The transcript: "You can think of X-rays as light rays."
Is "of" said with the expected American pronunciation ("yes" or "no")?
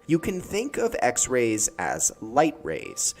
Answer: yes